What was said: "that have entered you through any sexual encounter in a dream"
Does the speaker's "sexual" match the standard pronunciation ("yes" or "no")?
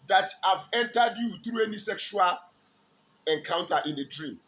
yes